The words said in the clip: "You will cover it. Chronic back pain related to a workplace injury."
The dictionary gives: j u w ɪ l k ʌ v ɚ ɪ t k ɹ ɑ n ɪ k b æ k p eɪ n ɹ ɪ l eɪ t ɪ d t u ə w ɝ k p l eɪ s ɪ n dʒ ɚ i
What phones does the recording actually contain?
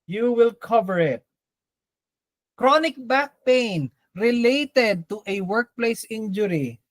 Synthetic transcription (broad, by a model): j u w ɪ l k ʌ v ɚ ɪ t k ɹ ɑ n ɪ k b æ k p eɪ n ɹ ɪ l eɪ t ɪ d t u ə w ɝ k p l eɪ s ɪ n dʒ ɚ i